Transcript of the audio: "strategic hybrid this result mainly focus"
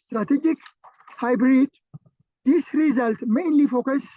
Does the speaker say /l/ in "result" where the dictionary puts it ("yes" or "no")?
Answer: yes